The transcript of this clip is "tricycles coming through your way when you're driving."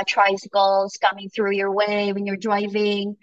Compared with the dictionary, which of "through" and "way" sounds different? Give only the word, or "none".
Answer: none